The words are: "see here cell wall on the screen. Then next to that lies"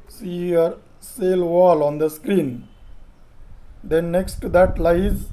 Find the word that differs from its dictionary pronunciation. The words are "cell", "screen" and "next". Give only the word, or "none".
none